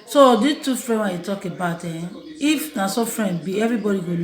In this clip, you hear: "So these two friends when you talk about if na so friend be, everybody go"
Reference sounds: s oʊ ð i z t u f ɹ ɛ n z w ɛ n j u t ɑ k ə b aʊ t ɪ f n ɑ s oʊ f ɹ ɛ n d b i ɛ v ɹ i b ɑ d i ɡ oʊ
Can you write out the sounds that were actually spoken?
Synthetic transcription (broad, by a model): s oʊ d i t u f ɹ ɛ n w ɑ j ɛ t ɑ k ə b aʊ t ɪ f n ɑ s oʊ f ɹ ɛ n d b i ɛ v ɹ i b ɑ d i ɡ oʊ